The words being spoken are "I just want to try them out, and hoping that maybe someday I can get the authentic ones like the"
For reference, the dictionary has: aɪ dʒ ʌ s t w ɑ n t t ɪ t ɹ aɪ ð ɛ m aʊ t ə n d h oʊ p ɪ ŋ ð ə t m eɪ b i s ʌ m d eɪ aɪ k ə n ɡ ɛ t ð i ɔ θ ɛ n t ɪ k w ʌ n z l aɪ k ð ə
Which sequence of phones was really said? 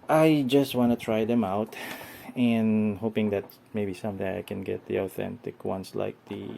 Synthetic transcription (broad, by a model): aɪ dʒ ʌ s t w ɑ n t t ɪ t ɹ aɪ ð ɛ m aʊ t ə n h oʊ p ɪ ŋ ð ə t m eɪ b i s ʌ m d eɪ aɪ k ə n ɡ ɛ t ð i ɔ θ ɛ n t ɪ k w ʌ n s l aɪ k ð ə